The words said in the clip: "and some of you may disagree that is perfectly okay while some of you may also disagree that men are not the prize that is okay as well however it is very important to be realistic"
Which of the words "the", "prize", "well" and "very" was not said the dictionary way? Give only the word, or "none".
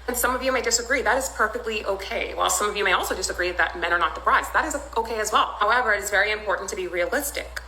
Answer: prize